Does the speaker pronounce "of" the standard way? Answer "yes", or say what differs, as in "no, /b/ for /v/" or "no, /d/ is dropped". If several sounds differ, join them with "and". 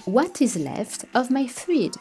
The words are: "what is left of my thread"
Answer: yes